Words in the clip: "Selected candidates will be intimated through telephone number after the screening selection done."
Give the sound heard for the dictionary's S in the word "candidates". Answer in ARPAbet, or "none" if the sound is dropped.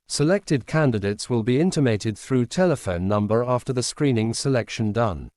S